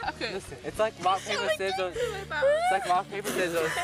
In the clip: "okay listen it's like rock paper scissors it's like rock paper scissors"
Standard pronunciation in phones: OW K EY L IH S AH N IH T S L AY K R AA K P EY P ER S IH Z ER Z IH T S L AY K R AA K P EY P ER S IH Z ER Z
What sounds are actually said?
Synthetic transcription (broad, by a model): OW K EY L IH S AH IH T S L AY K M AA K P EY P ER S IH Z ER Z IH T S L AY K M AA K P EY P ER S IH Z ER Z